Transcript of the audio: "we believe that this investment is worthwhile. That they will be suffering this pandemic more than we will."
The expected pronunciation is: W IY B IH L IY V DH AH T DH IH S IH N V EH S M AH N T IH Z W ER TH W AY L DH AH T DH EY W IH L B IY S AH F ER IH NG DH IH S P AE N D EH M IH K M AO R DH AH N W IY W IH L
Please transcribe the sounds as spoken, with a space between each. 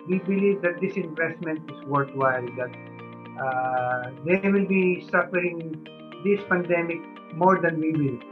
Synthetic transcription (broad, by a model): W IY B IH L IY V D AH T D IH S IH N V EH S M AH N T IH S W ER T W AY L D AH T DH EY W IH L B IY S AH F ER IH NG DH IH S P AE N D EH M IH K M AO R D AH N W IY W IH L